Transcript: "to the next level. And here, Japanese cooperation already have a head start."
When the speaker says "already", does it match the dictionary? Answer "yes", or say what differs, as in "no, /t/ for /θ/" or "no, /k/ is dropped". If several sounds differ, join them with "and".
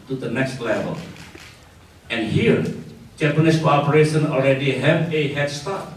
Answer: no, /l/ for /ɹ/